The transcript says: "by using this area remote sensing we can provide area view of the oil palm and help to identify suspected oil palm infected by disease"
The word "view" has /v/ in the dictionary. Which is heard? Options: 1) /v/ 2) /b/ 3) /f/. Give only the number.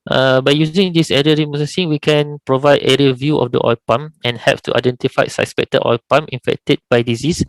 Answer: 1